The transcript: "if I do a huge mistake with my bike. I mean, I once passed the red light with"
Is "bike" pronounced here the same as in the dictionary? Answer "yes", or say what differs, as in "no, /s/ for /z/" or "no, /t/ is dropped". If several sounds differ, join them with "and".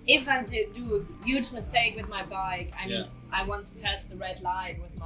yes